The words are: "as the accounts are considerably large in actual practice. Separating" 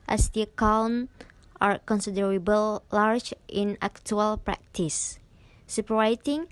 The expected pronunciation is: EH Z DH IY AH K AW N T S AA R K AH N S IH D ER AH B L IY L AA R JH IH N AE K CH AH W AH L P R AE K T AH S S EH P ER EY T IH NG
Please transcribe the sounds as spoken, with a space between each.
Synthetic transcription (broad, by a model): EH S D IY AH K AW N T AA R K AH N S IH D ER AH B IY L AA R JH IH N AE K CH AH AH L P R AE K T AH S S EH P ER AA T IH NG